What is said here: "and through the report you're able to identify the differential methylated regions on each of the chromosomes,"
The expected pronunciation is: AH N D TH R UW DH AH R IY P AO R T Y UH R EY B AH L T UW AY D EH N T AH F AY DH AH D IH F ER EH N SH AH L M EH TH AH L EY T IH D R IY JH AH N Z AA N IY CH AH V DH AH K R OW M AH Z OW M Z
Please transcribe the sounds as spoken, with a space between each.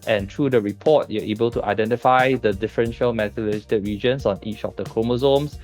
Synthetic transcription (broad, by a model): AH N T R UW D AH R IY P AO T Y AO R EY B AH L T UW AY D EH N T AH F AY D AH D IH F ER EH N SH AH L M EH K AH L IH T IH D R IY JH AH N S AA N IY CH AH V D AH K R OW M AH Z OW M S